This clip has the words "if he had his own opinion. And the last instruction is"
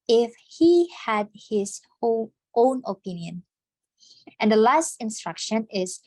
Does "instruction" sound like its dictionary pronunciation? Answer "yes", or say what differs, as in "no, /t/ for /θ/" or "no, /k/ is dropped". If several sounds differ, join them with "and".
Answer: yes